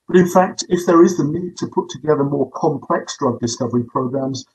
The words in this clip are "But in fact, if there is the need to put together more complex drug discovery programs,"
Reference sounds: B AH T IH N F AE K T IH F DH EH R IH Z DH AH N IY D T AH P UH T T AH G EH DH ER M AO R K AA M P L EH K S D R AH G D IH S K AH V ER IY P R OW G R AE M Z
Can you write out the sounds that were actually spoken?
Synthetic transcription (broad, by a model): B AH T IH N F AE K T IH F DH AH R IH Z DH AH N IY D T AH P UH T T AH G EH DH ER M AO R K AA M P L EH K S D R AH G D IH S K AH V ER IY P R OW G R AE M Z